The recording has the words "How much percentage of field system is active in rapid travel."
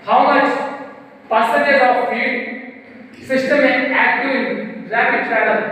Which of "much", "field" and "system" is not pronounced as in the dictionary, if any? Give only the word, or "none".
field